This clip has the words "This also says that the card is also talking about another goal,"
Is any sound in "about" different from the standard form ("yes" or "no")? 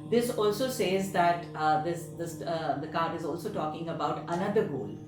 no